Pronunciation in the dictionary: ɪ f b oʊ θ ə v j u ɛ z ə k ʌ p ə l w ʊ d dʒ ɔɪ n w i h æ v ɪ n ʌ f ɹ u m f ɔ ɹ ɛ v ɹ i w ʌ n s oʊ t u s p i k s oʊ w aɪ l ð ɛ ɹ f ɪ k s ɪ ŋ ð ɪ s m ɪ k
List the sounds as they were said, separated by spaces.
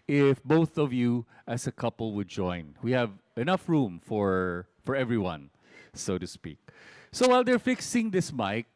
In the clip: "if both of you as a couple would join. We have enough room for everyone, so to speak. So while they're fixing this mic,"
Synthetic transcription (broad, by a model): ɪ f b oʊ θ ə v j u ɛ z ə k ʌ p ə l w ʊ d dʒ ɔɪ n w i h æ v ɪ n ʌ f ɹ u m f ɔ ɹ ɛ v ɹ i w ʌ n s oʊ t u s p i k s oʊ w aɪ l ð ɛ ɹ f ɪ k s ɪ ŋ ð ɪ s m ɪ k